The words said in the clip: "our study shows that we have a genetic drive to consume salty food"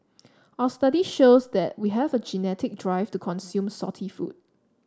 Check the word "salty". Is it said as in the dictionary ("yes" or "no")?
no